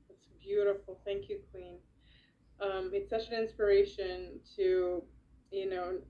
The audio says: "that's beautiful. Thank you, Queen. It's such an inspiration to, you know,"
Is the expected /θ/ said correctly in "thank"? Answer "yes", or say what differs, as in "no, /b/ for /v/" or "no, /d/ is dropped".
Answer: yes